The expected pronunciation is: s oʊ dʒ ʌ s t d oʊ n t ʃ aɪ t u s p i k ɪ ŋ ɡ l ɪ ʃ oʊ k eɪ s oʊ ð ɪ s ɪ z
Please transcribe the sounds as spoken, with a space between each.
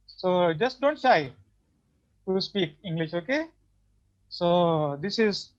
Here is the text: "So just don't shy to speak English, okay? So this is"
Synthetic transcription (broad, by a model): s oʊ dʒ ʌ s t d oʊ n t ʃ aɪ t u s p i k ɪ ŋ ɡ l ɪ ʃ oʊ k eɪ s oʊ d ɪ s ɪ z